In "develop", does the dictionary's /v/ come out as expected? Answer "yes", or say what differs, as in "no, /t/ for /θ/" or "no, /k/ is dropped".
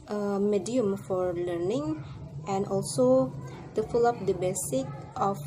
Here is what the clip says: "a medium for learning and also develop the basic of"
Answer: no, /f/ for /v/